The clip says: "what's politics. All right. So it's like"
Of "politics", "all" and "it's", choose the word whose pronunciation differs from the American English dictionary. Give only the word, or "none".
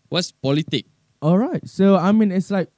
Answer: politics